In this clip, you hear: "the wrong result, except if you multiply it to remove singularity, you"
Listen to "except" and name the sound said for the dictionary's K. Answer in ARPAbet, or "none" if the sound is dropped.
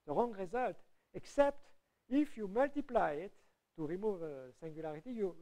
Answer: K